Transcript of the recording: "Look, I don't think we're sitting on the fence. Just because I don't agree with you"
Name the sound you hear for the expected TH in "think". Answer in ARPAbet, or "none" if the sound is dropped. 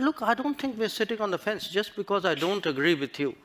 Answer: T